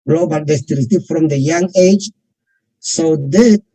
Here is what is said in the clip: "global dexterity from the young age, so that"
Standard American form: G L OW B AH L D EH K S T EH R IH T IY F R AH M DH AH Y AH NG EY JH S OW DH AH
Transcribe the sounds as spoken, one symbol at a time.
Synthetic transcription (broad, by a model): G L OW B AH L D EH S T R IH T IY F R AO M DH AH Y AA NG EY JH S OW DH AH